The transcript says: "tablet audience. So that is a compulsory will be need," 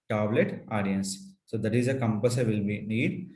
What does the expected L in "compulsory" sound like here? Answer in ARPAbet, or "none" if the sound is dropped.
none